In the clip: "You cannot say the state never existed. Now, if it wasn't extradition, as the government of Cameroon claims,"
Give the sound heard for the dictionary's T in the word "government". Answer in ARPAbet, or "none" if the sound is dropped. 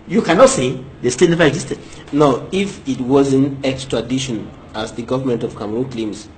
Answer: T